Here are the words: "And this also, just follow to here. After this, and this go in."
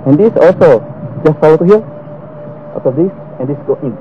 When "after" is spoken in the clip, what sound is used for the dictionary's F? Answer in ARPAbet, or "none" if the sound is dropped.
none